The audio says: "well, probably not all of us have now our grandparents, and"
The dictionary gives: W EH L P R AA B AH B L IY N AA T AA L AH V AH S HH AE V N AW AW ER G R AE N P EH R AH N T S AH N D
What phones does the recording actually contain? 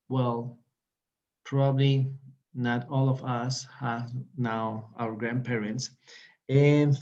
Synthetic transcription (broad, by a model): W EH L P R AA B AH B L IY N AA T AA L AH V AH S HH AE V N AW AW ER G R AE N P EH R AH N T S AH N